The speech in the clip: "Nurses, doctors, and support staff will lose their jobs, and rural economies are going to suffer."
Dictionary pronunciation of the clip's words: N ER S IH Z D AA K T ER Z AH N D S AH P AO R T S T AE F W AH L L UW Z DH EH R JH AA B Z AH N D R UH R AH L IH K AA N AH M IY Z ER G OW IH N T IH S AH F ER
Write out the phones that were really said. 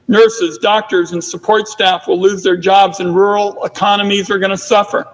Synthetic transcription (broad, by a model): N ER S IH Z D AA K T ER Z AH N S AH P AO R T S T AE F W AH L L UW Z DH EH R JH AA B Z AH N R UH R L IH K AA N AH M IY Z ER G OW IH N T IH S AH F ER